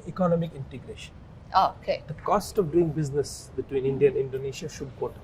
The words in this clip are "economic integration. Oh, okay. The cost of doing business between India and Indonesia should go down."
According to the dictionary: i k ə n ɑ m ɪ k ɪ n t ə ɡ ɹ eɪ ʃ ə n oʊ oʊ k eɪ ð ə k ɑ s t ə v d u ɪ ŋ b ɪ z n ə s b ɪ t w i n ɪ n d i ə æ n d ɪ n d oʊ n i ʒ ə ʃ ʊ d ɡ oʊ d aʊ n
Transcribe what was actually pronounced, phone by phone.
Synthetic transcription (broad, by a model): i k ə n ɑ m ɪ k ɪ n t ə ɡ ɹ eɪ ʃ ə n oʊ oʊ k eɪ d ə k ɑ s t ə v d u ɪ ŋ b ɪ z n ə s b ɪ t w i n ɪ n d i ə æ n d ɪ n d oʊ n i ʃ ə ʃ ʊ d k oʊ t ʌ